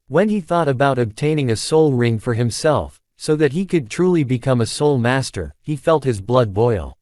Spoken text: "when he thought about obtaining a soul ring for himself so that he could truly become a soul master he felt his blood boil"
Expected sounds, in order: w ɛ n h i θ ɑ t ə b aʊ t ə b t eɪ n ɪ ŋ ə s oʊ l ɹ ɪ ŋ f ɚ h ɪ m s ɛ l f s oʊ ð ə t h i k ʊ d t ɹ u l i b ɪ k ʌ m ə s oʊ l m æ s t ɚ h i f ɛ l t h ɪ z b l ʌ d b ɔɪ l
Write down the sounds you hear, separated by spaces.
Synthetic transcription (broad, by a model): w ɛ n i θ ɑ t ə b aʊ t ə b t eɪ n ɪ ŋ ə s oʊ l ɹ ɪ ŋ f ɚ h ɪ m s ɛ l f s oʊ ð ə t h i k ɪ d t ɹ u l i b ɪ k ʌ m ə s oʊ l m æ s t ɚ h i f ɛ l t h ɪ z b l ʌ d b ɔɪ l